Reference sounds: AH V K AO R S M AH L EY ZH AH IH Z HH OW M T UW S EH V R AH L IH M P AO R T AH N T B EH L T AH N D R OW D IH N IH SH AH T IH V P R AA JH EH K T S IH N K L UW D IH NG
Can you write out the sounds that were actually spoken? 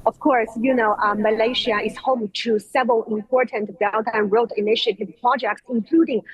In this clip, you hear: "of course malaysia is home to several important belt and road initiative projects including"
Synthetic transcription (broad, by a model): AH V K AO R S M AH L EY SH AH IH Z HH OW M T UW S EH V R AH L IH M P AO R T AH N T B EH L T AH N R OW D IH N IH SH AH T IH V P R AA JH EH K T S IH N K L UW D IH NG